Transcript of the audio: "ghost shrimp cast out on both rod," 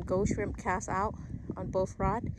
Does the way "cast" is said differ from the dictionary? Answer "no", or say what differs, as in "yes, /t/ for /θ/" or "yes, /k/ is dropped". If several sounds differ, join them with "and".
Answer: yes, /t/ is dropped